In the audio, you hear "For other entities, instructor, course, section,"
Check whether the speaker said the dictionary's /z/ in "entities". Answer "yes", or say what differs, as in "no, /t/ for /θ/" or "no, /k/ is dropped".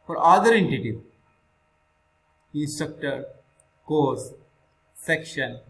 no, /z/ is dropped